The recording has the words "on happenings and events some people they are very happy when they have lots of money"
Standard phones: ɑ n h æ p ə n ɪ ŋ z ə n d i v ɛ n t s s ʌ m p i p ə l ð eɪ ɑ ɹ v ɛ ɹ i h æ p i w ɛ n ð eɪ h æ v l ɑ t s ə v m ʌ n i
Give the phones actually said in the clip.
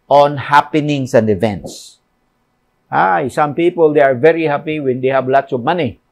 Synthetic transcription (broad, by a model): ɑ n h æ p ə n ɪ ŋ s ə n d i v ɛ n t s s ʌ m p i p ə l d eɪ ɑ ɹ v ɛ ɹ i h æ p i w ɛ n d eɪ h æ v l ɑ t s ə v m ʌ n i